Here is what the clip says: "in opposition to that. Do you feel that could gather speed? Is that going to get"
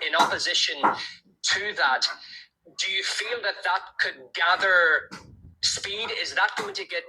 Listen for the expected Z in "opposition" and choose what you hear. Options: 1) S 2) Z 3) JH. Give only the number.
2